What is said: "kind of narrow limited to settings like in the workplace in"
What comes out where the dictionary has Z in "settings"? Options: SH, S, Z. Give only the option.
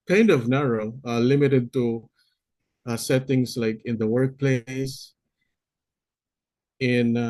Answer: S